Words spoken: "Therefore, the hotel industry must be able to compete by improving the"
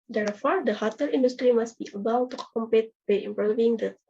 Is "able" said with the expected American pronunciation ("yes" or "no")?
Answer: no